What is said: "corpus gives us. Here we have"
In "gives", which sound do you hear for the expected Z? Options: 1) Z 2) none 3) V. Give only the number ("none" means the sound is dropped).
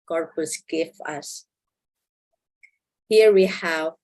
2